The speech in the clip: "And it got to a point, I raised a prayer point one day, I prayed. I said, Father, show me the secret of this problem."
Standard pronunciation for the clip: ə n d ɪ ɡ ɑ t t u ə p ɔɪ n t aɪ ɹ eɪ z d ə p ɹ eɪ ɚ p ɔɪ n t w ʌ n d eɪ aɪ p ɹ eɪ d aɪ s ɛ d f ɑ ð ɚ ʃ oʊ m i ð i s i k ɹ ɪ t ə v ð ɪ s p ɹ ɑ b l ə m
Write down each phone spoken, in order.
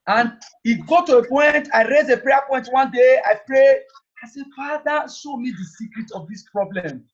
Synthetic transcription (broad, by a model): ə n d ɪ ɡ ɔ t t u ə p ɔɪ n t aɪ ɹ eɪ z ə p ɹ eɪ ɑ p ɔɪ n t w ʌ n d eɪ aɪ p ɹ eɪ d aɪ s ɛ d f ɑ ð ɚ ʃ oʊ m i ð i s i k ɹ ɪ t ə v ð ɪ s p ɹ ɑ b l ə m